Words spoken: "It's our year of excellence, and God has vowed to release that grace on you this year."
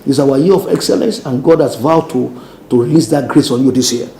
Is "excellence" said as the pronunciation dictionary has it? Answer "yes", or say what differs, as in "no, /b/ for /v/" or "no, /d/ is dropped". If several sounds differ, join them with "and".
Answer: yes